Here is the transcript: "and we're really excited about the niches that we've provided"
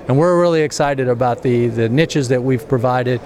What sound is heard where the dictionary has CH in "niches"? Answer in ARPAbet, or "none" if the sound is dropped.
CH